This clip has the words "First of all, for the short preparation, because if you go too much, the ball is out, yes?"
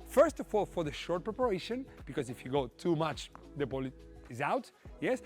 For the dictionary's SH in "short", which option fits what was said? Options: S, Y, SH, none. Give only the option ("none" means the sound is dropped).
SH